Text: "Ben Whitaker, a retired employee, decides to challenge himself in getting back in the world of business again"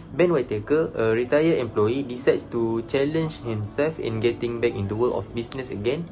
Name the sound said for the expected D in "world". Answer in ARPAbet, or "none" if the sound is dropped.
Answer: none